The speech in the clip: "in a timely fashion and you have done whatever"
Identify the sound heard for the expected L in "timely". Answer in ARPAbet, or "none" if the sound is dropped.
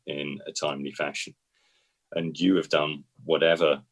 L